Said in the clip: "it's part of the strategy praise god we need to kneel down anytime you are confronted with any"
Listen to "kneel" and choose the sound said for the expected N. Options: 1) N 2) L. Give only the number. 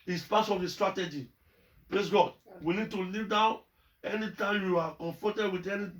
2